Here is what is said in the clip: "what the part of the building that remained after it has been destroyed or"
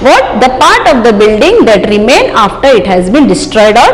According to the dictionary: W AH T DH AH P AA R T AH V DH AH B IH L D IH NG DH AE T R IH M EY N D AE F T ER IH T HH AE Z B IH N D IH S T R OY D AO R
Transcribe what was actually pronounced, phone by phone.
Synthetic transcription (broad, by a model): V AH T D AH P AA R T AH V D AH B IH L D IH NG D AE T R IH M EY N AA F T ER IH T HH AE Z B IH N D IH S T R OY D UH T